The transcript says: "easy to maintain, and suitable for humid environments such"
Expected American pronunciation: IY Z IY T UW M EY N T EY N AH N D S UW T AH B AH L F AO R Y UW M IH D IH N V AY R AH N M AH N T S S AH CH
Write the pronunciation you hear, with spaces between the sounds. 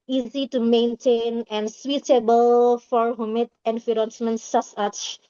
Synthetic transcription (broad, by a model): IY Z IY T UW M EY N T EY N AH N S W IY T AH B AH L F AO R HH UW M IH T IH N F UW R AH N M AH N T S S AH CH